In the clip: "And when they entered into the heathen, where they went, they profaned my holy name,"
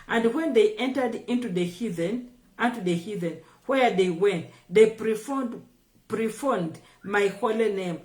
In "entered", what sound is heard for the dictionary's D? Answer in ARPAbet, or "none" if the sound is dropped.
D